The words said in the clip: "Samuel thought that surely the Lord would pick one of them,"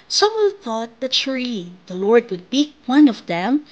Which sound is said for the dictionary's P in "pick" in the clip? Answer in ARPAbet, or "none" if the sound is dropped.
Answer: B